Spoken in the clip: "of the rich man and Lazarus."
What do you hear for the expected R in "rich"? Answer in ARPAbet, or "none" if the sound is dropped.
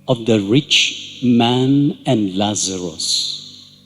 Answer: R